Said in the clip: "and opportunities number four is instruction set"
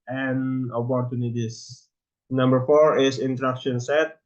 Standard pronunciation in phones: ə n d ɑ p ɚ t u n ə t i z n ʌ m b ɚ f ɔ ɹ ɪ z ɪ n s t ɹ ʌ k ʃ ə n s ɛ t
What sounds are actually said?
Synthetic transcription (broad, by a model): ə n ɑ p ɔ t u n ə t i s n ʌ m b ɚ f ɔ ɹ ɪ s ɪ n t ɹ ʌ k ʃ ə n s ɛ t